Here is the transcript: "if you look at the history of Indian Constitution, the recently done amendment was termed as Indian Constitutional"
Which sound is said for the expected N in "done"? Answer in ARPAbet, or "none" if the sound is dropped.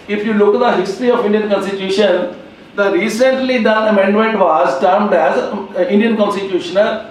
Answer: none